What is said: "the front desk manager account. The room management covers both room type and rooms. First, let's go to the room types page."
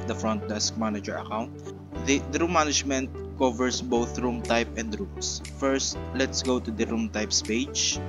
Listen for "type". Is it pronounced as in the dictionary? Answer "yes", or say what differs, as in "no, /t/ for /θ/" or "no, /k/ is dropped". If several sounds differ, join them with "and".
yes